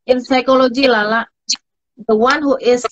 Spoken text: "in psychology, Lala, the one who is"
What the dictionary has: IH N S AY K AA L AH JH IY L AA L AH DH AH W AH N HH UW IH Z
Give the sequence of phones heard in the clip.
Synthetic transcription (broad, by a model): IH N S AY K AA L AH JH IY L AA L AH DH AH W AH N HH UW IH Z